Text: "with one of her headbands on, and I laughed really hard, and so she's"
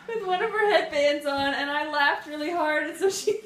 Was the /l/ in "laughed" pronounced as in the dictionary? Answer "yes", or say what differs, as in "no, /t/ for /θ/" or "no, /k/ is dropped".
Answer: yes